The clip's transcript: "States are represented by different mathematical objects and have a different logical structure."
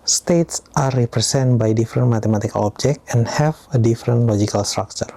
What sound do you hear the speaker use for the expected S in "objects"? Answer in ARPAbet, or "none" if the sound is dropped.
none